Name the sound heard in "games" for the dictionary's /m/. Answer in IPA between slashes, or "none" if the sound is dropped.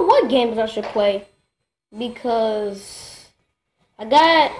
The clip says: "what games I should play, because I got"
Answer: /m/